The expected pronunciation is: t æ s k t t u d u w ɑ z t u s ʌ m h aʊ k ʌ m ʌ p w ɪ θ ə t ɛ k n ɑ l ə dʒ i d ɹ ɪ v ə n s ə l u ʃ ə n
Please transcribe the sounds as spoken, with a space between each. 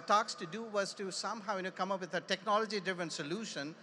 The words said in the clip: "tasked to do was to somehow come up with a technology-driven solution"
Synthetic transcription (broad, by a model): t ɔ k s t u d u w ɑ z t u s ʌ m h aʊ k ʌ m ʌ p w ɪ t ə t ɛ k n ɑ l ə dʒ i d ɪ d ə n s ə l u ʃ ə n